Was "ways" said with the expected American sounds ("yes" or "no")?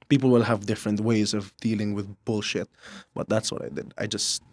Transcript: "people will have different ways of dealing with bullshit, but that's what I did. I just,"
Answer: yes